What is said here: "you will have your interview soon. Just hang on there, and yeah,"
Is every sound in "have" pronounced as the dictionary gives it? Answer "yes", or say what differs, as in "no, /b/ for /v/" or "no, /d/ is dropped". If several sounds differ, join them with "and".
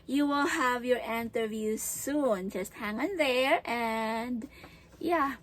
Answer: yes